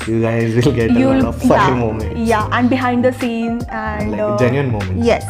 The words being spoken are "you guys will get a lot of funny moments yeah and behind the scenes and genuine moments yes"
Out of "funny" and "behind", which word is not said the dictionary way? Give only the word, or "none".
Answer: funny